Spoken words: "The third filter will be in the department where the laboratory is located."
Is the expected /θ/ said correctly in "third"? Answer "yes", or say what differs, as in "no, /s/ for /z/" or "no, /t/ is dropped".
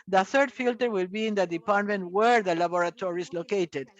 yes